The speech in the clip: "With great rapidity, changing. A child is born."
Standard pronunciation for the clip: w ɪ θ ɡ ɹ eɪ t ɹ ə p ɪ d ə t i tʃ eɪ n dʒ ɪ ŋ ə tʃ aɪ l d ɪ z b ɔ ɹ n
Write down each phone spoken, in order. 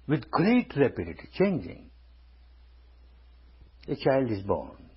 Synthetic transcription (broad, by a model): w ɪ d ɡ ɹ eɪ t ɹ ə p ɪ d ə t i tʃ eɪ n dʒ ɪ ŋ ə tʃ aɪ l d ɪ z b ɔ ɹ n